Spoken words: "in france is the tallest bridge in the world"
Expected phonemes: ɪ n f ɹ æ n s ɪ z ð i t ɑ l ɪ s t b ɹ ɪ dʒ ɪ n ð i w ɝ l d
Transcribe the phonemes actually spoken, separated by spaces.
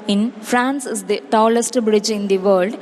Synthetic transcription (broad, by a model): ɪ n f ɹ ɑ n s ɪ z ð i t ɑ l ɪ s t b ɹ ɪ dʒ ɪ n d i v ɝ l d